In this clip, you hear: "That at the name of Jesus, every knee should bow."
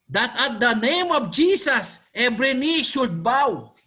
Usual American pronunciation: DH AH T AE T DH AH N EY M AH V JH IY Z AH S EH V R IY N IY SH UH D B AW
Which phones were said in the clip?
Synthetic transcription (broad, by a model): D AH T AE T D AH N EY M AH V JH IY S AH S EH B R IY N IY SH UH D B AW